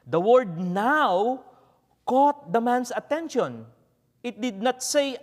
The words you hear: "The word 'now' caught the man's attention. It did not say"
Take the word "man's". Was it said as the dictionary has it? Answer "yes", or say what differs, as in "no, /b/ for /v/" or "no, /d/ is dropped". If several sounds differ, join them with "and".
no, /s/ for /z/